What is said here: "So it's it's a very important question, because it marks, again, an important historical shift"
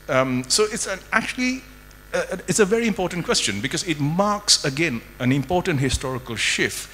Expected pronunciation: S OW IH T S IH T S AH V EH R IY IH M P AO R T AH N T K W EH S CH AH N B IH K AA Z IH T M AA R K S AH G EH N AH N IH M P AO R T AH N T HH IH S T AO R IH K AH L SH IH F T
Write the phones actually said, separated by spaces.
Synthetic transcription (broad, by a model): S OW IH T S IH T S AH V EH R IY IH M P AO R T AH N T K W EH S CH AH N B IH K AA Z IH T M AA R K S AH G EH N AH N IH M P AO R T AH N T HH IH S T AO R IH K AH L SH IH F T